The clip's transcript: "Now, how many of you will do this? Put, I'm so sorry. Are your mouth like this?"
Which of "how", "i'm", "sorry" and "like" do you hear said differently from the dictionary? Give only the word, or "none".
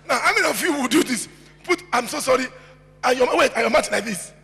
none